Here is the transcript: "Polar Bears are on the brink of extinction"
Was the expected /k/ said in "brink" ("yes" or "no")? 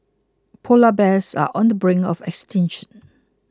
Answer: no